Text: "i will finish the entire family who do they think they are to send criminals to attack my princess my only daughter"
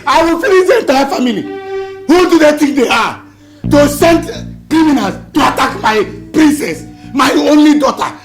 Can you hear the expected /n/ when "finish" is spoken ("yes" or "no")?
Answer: no